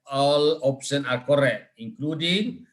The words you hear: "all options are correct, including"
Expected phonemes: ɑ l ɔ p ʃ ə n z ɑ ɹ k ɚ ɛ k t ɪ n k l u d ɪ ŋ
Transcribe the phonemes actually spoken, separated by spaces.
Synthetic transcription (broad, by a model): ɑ l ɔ p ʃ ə n ɑ ɹ k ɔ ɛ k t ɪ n k l u d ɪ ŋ